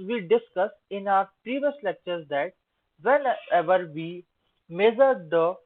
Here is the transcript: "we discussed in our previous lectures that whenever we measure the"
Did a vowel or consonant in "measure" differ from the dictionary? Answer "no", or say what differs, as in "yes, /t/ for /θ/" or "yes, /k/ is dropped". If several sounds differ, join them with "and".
yes, /z/ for /ʒ/